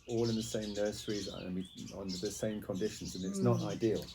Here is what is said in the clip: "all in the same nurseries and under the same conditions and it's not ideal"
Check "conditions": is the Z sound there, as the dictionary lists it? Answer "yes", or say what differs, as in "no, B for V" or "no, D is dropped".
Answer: yes